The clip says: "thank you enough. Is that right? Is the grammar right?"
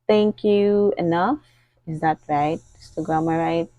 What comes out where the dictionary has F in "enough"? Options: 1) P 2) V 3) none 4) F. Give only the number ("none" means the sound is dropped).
4